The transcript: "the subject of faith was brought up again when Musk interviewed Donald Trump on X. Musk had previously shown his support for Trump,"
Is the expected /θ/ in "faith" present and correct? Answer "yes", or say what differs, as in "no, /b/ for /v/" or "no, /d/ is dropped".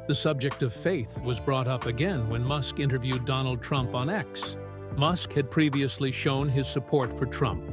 yes